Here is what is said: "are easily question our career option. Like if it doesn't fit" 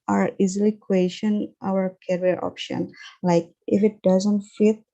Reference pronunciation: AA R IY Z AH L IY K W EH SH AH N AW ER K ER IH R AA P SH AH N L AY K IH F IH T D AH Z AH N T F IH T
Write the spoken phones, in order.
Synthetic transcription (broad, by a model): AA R IY Z AH L IY K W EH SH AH N AW ER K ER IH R AA P SH AH N L AY K IH F IH T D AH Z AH N T F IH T